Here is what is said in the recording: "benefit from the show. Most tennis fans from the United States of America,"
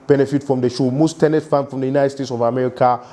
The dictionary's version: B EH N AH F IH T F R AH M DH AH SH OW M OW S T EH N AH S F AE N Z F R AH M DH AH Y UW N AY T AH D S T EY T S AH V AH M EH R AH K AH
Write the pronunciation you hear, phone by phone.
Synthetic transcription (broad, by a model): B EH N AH F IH T F R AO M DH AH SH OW M OW S T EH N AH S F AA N F R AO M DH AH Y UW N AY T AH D S T EY T S AH V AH M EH R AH K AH